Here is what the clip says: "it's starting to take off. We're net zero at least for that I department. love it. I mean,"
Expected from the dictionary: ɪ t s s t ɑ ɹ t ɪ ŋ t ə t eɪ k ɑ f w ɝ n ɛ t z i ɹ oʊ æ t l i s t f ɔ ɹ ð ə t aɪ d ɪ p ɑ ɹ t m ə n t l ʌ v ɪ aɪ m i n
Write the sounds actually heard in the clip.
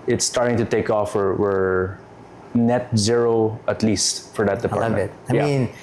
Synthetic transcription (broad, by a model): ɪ t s s t ɑ ɹ t ɪ ŋ t ə t eɪ k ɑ f w ɝ n ɛ t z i ɹ oʊ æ t l i s t f ɔ ɹ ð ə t d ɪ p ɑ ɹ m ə t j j ɪ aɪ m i n